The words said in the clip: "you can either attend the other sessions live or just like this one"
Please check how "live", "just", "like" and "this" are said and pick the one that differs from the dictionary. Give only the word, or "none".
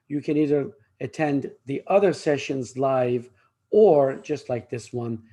none